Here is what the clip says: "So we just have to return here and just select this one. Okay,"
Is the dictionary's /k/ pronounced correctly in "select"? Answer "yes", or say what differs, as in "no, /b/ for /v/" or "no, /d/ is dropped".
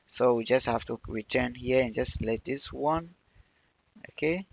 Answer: no, /k/ is dropped